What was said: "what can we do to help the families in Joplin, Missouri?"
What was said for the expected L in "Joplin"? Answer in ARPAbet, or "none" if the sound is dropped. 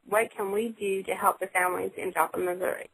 none